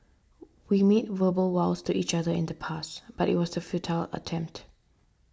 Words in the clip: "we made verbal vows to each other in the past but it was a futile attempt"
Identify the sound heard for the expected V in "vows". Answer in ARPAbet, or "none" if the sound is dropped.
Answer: W